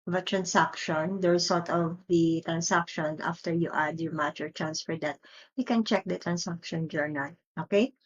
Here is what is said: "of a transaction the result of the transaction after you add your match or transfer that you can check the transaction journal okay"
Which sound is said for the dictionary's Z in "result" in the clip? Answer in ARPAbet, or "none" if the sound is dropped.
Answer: S